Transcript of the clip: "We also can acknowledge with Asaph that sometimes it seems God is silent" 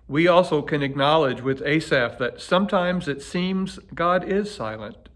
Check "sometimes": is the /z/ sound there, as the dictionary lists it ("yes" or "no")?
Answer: yes